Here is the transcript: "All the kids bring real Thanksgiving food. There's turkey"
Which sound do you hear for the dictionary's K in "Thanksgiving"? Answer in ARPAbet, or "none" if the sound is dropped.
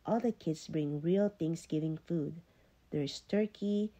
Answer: none